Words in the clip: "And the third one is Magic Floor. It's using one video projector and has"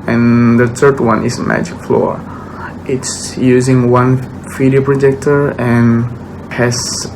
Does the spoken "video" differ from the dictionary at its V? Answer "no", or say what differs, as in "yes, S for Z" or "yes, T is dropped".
yes, F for V